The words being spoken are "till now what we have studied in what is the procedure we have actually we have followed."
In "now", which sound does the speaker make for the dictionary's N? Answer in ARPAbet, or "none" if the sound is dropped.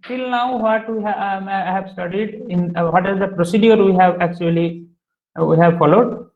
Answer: N